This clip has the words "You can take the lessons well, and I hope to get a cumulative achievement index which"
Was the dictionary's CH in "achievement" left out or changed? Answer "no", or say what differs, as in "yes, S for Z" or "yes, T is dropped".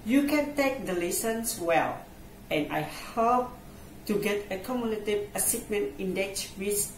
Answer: yes, S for CH